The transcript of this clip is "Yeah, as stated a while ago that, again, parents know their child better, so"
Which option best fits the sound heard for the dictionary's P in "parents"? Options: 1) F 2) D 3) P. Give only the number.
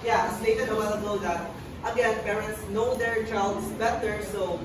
3